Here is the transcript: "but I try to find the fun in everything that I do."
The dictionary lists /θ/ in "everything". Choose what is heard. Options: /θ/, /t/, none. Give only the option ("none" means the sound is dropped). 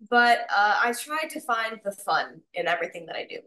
/θ/